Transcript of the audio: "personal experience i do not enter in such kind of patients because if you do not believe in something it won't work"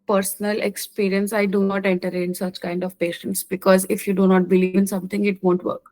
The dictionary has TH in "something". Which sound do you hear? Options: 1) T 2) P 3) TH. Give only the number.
1